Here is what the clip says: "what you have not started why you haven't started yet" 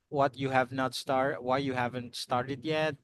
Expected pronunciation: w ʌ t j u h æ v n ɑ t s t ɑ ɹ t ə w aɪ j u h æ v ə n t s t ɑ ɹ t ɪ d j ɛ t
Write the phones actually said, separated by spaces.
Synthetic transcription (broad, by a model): w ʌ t j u h æ v n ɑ t s t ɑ ɹ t w aɪ j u h æ v ə n t s t ɑ ɹ t ɪ d j ɛ t